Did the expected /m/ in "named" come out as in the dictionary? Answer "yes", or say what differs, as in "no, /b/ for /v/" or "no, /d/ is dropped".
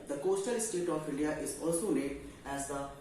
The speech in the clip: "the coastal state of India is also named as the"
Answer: no, /m/ is dropped